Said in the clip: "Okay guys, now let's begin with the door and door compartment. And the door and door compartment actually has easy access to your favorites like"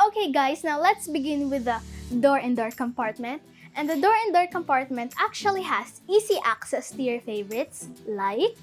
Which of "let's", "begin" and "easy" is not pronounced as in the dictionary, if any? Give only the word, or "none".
easy